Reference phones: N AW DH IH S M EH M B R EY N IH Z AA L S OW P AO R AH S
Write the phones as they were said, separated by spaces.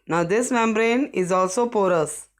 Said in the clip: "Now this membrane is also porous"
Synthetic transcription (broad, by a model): N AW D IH S M EH M B R EY N IH Z AA L S OW P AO R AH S